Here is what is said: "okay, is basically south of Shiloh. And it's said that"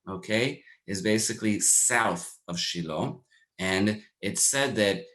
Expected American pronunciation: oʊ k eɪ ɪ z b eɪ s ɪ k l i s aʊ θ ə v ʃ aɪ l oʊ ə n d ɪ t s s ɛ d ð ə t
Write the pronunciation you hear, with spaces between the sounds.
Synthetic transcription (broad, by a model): oʊ k eɪ ɪ z b eɪ s ɪ k l i s aʊ θ ə v ʃ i l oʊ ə n ɪ t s s ɛ d ð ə t